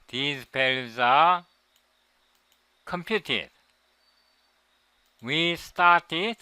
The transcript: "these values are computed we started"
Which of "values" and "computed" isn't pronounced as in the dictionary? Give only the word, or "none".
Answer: values